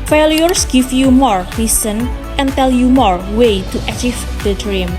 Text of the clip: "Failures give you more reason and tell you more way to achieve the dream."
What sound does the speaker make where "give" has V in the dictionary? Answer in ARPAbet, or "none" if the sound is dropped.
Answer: F